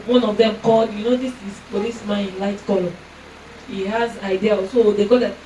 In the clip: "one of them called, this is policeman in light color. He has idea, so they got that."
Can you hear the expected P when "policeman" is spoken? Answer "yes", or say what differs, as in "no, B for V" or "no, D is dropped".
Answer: no, F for P